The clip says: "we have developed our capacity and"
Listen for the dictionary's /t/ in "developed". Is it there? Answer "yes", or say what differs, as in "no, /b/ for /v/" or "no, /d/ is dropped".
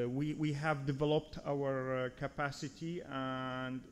yes